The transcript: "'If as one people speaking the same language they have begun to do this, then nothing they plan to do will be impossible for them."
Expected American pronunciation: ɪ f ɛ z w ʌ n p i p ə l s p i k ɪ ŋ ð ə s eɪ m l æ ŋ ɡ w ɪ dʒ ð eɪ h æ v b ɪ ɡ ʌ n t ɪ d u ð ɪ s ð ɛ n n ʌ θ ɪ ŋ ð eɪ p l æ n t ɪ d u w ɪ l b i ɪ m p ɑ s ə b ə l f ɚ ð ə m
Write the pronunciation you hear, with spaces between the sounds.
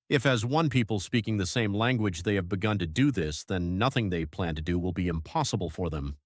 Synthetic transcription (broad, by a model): ɪ f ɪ z w ʌ n p i p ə l s p i k ɪ ŋ ð ə s eɪ m l æ ŋ ɡ w ɪ dʒ ð eɪ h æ v b ɪ ɡ ʌ n t ɪ d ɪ ð ɪ s ð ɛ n n ʌ θ ɪ ŋ ð eɪ p l æ n t ɪ d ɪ w ɪ l b i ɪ m p ɑ s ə b l f ɚ ð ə m